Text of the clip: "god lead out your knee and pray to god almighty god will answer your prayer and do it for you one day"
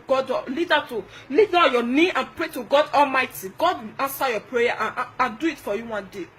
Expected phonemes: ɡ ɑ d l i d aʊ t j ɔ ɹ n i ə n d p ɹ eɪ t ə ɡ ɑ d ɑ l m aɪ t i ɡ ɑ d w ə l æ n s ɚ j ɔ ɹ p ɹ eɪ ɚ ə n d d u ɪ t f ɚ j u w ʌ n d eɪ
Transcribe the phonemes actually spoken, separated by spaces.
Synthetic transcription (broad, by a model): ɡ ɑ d l i d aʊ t j ɔ n i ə n p ɹ eɪ t ə ɡ ɑ d ɑ l m aɪ t i ɡ ɑ d w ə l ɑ n s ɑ j ɔ p ɹ eɪ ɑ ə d d u ɪ t f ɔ j u w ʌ n d eɪ